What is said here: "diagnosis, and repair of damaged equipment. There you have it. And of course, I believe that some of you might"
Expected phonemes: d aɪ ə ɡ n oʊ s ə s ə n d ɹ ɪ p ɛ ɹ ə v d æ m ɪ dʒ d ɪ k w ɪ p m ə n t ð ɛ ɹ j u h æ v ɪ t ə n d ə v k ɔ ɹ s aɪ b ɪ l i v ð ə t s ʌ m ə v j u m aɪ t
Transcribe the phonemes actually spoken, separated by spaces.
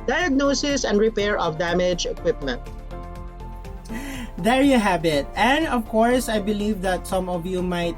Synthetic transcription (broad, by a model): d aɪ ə ɡ n oʊ s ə s ə n d ɹ ɪ p ɛ ɹ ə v d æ m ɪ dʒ ɪ k w ɪ p m ə n t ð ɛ ɹ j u h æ b ɪ t ə n d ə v k ɔ ɹ s aɪ b ɪ l i v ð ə t s ʌ m ə v j u m aɪ t